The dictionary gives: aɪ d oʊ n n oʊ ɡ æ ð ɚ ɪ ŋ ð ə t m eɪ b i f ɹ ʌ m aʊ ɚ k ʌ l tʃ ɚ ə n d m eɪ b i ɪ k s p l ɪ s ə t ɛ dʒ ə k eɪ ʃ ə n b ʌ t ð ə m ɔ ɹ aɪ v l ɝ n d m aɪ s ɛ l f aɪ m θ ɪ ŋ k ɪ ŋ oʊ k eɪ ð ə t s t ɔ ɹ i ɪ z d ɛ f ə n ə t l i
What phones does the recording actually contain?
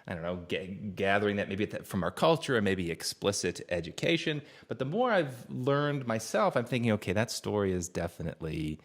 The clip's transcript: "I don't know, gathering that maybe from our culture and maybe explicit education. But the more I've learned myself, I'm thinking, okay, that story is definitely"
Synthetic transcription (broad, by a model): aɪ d oʊ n n oʊ ɡ æ ð ɚ ɪ ŋ ð ə t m eɪ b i f ɹ ʌ m aʊ ɚ k ʌ l tʃ ɚ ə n m eɪ b i ɪ k s p l ɪ s ə t ɛ dʒ ə k eɪ ʃ ə n b ʌ t ð ə m ɔ ɹ aɪ v l ɝ n d m aɪ s ɛ l f aɪ m θ ɪ ŋ k ɪ ŋ oʊ k eɪ ð ə t s t ɔ ɹ i ɪ z d ɛ f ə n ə t l i